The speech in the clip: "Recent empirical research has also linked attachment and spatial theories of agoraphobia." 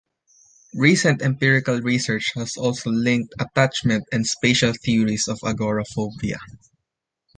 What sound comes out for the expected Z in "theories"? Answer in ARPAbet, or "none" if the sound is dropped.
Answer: S